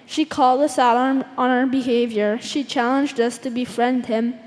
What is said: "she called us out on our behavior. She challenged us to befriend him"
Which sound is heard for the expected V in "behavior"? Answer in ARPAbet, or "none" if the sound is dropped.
V